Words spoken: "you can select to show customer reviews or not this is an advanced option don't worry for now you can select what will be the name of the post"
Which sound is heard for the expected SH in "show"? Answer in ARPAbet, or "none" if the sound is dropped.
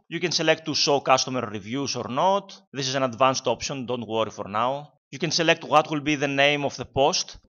S